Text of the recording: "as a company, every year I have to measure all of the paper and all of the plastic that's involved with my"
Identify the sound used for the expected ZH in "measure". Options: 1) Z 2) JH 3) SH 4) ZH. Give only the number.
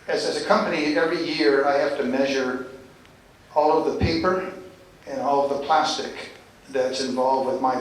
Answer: 4